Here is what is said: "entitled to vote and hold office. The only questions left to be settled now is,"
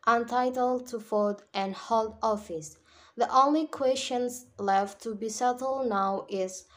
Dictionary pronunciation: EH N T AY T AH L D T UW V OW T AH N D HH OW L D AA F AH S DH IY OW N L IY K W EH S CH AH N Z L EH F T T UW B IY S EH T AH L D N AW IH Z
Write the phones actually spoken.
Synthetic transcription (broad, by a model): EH N T AY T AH L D T UW F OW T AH N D HH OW L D AA F AH S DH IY OW N L IY K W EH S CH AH N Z L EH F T T UW B IY S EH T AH L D N AW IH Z